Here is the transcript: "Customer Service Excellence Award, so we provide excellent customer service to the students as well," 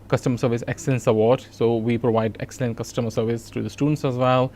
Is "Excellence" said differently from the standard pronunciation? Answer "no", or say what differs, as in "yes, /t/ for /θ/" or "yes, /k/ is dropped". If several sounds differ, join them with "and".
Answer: no